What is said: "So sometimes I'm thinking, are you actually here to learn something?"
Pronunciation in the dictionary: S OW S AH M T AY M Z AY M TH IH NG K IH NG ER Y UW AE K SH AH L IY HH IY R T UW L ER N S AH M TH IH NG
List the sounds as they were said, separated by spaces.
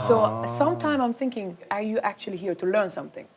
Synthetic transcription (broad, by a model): S OW S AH M T AY M AY M TH IH NG K IH NG ER Y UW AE K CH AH L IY HH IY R T UW L ER N S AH M TH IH NG